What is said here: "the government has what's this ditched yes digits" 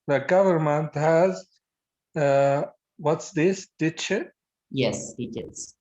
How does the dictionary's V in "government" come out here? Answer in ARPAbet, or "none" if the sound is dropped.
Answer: V